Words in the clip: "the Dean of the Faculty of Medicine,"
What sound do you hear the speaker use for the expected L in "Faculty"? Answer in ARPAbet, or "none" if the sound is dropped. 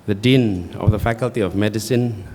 L